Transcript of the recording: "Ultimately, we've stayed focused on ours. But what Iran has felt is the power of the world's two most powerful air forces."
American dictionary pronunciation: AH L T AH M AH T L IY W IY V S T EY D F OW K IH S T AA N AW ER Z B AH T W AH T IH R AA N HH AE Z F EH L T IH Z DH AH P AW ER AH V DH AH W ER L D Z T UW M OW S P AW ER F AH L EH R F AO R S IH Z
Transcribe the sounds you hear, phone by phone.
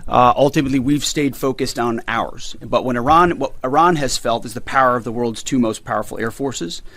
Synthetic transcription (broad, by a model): AH L T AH M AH T L IY W IY V S T EY D F OW K IH S T N AW ER Z B AH T W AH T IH R AA N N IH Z F EH L T IH Z DH AH P AW ER AH V DH AH W ER L D Z T UW M OW S P AW ER F L EH R F AO R S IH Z